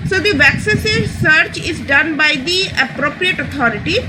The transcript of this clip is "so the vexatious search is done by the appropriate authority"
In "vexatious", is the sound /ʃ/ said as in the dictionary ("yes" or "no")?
no